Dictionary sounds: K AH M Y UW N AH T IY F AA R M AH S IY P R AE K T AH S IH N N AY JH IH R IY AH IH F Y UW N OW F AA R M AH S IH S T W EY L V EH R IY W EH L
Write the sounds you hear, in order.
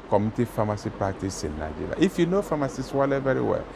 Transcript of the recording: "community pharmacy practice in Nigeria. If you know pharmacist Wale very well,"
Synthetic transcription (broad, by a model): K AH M T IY F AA M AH S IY P AA T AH S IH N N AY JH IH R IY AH IH F Y UW N OW F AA M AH S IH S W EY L V EH R IY W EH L